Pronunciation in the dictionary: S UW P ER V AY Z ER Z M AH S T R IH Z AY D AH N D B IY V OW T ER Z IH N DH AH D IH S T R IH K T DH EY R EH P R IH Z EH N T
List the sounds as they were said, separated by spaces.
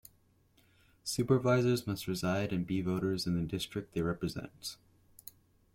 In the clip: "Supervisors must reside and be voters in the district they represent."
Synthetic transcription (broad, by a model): S UW P ER V AY Z ER Z M AH S T R IH Z AY D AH N B IY V OW T ER Z IH N DH AH D IH S T R IH K T DH EY R EH P R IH Z EH N T